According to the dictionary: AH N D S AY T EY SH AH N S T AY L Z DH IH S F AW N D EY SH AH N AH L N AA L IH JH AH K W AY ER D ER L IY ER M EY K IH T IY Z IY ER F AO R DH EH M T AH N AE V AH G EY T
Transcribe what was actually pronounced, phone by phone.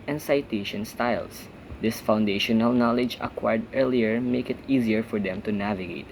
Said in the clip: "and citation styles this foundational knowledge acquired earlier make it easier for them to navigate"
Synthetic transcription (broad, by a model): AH N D S AY T EY SH AH N S T AY L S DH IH S F AW N D EY SH AH N AH L N AA L IH JH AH K W AY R D ER L IY ER M EY K IH T IY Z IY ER F AO R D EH M T AH N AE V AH G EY T